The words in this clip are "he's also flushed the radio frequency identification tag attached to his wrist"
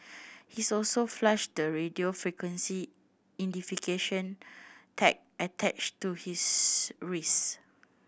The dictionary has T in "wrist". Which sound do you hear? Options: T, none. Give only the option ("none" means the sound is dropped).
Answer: none